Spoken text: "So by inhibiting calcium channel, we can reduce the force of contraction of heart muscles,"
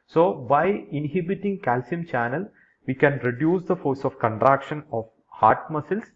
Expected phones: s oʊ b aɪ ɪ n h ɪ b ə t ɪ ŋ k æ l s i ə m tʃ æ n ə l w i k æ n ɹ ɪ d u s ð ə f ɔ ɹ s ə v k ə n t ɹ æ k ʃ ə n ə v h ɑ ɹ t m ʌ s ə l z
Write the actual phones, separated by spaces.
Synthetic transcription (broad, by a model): s oʊ b aɪ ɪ n h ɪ b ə t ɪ ŋ k æ l s i ə m tʃ æ n ə l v i k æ n ɹ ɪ d u s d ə f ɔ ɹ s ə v k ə n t ɹ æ k ʃ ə n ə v h ɑ ɹ t m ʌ s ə l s